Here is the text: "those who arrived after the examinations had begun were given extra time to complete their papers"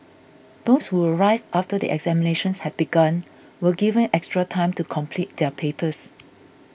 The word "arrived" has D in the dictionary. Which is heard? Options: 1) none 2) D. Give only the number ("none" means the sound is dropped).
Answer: 1